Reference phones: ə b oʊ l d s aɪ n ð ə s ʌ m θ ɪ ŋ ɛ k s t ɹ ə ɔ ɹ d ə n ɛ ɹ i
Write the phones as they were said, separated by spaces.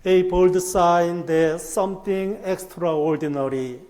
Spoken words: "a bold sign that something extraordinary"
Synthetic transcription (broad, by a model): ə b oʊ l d s aɪ n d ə s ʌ m t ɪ ŋ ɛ k s t ɹ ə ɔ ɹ d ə n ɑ ɹ i